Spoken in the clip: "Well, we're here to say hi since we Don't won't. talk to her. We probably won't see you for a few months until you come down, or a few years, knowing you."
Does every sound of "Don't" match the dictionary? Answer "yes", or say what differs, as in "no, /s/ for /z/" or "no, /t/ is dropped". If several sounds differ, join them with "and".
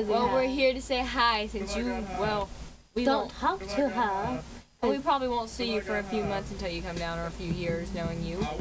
no, /l/ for /n/